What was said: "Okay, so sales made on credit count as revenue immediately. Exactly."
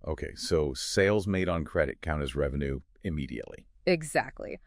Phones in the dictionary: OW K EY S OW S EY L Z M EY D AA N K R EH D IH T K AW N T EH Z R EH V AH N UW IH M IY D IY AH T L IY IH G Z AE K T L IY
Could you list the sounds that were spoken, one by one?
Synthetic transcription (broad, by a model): OW K EY S OW S EY L Z M EY D N K R EH D IH T K AW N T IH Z R EH V AH N UW IH M IY D IY AH T L IY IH G Z AE K T L IY